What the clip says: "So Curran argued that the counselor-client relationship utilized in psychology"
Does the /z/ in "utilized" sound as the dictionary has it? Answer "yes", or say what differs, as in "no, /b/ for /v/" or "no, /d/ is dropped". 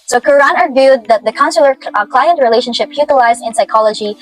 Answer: yes